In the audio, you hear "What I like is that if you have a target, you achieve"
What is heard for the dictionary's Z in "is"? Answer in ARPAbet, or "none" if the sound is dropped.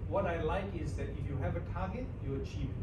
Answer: Z